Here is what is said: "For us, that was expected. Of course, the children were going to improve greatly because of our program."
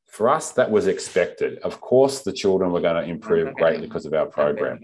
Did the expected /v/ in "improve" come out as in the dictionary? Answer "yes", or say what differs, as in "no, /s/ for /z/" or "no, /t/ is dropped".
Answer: yes